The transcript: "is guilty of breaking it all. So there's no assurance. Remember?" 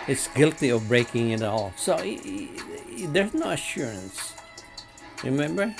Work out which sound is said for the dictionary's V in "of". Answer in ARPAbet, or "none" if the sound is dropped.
V